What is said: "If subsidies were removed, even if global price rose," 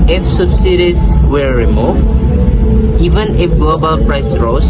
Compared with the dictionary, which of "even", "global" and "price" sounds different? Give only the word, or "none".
none